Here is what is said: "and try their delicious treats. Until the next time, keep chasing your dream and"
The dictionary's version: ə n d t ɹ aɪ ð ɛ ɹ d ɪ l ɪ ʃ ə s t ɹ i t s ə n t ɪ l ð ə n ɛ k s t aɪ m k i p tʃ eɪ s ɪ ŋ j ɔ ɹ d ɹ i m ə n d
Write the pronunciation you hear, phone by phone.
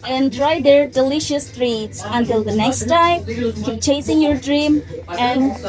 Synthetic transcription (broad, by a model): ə n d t ɹ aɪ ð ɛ ɹ d ɪ l ɪ ʃ ə s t ɹ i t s ə n t ɪ l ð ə n ɛ k s t aɪ m k i p tʃ eɪ s ɪ ŋ j ɔ ɹ d ɹ i m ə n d